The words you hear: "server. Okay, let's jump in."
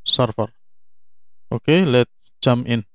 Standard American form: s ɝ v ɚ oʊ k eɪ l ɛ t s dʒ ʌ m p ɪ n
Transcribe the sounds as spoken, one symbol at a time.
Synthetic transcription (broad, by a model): s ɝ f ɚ oʊ k eɪ l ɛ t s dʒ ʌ m ɪ n